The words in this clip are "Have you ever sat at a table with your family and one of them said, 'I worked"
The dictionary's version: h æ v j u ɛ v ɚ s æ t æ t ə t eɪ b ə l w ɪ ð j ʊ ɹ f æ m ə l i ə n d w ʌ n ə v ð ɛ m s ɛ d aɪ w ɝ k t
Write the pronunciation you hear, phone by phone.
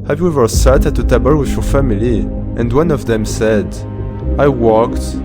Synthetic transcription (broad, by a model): h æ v j u ɛ v ɚ s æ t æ t ə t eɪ b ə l w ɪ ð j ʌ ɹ f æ m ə l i ə n d w ʌ n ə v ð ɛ m s ɛ d aɪ w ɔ k t